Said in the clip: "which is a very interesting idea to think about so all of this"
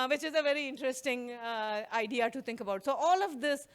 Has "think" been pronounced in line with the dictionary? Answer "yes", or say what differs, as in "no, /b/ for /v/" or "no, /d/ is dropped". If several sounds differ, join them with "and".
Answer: no, /t/ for /θ/